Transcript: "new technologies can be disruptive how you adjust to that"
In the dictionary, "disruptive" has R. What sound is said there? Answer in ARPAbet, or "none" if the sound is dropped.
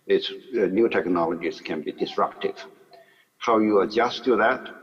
R